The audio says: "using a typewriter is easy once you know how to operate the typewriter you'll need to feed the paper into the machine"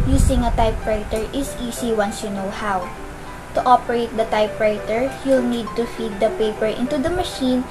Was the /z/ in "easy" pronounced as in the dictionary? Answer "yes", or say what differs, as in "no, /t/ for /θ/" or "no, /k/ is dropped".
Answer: no, /s/ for /z/